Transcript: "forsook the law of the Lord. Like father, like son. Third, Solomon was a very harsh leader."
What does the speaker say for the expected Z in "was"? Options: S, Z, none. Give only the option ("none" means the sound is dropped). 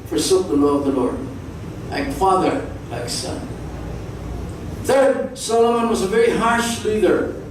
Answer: Z